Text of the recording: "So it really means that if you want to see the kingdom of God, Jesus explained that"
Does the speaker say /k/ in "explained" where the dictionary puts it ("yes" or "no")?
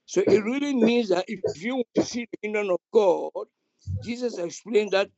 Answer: yes